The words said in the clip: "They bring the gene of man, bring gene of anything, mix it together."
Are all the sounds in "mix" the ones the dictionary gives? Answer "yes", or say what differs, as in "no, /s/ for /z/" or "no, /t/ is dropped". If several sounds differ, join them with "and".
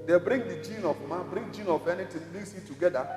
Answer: no, /k/ is dropped